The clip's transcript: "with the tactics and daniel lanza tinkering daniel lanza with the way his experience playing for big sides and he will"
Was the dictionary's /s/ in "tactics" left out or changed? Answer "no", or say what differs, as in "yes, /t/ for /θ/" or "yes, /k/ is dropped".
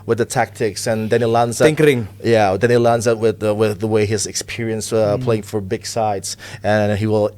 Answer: no